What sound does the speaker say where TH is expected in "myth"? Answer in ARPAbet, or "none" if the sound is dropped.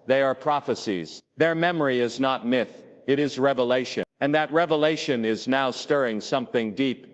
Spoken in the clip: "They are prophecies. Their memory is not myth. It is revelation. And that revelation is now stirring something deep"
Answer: TH